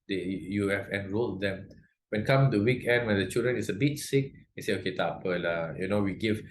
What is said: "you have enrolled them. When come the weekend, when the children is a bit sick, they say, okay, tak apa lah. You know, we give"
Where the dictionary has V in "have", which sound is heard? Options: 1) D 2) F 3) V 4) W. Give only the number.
2